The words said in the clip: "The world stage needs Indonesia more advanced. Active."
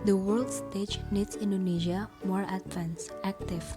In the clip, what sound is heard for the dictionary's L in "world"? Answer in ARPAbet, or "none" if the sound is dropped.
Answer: L